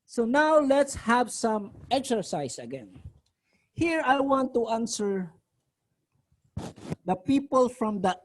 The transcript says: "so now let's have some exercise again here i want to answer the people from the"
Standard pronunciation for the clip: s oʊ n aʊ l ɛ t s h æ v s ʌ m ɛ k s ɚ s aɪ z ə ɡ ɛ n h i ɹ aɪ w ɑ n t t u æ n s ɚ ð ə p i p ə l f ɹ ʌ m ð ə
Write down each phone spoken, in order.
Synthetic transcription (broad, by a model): s oʊ n aʊ l ɛ t s h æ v s ʌ m ɛ k s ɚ s aɪ s ə ɡ ɛ n h i ɹ aɪ w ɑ n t t u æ n s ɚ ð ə p i p ə l f ɹ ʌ m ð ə